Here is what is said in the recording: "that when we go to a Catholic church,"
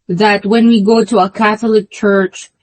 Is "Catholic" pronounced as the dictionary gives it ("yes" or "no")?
yes